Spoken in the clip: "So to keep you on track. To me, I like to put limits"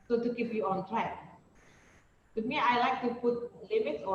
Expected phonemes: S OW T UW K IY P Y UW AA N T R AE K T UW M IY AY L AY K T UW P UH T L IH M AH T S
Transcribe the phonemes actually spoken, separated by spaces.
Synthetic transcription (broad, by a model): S OW T UW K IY F Y UW AA N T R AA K T UW M IY AY L AY K T UW P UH T L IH M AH T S